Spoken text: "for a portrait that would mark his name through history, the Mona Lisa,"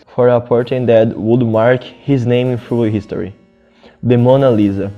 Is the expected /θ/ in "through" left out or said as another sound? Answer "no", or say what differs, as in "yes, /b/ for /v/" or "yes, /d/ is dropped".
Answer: yes, /f/ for /θ/